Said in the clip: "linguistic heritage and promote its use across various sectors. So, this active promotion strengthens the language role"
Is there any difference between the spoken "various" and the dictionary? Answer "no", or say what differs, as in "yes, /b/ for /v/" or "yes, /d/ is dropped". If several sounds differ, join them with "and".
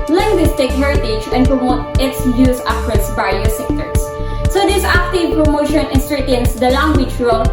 yes, /l/ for /ɹ/